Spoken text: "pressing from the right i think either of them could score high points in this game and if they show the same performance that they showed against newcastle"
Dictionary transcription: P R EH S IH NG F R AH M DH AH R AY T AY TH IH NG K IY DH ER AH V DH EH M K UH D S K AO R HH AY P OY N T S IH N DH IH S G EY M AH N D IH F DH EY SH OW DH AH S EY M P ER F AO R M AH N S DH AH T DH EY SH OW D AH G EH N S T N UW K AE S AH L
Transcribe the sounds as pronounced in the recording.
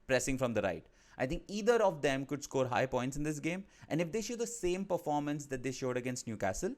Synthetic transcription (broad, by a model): P R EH S IH NG F R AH M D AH R AY T AY T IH NG K IY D ER AH V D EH M K UH D S K AO R HH AY P OY N T S IH N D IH S G EY M AH N D IH F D EY SH OW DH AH S EY M P ER F AO R M AH N S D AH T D EY SH OW D AH G EH N S T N UW K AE S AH L